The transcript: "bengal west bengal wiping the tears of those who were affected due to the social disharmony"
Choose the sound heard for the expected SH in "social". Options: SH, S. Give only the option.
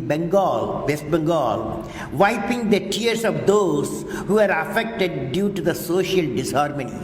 SH